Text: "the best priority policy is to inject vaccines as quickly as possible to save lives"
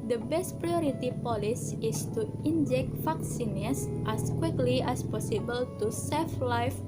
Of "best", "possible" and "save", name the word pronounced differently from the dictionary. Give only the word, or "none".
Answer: save